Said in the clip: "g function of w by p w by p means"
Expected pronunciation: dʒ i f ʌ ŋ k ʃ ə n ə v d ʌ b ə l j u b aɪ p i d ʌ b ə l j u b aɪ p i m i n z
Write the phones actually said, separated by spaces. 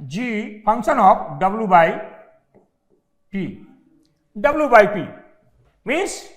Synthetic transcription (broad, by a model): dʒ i p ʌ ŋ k s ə n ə p d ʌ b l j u b aɪ p i d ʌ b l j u b aɪ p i m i n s